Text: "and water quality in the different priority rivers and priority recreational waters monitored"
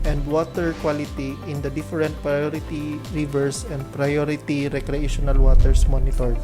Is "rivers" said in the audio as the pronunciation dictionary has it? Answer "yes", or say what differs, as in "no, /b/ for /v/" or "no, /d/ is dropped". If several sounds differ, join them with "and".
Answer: no, /s/ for /z/